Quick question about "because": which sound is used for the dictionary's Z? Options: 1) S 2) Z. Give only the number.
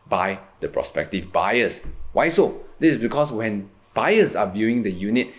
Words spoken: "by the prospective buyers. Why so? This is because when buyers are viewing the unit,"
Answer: 1